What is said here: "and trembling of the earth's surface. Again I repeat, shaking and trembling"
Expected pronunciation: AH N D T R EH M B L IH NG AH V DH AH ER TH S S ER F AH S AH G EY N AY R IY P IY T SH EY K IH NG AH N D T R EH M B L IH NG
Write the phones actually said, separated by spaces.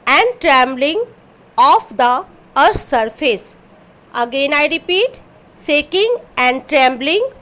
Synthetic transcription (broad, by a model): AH N D T R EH M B L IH NG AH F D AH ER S S ER F AH S AH G EY N AY R IY P IY T S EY K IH NG AH N D T R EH M B L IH NG